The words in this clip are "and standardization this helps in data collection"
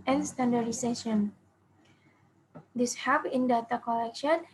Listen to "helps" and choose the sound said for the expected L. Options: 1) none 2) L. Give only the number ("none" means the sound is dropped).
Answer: 1